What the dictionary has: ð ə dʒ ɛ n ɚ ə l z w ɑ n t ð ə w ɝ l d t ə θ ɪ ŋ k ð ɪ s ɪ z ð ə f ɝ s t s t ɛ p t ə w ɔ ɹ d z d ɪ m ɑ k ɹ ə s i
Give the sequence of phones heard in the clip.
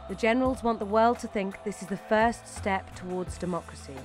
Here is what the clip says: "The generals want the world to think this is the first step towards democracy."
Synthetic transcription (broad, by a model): ð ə dʒ ɛ n ɚ ə l z w ɑ n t ð ə w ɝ l d t ə θ ɪ ŋ k ð ɪ s ɪ z ð ə f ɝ s t s t ɛ p t ə w ɔ d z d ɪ m ɑ k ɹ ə s i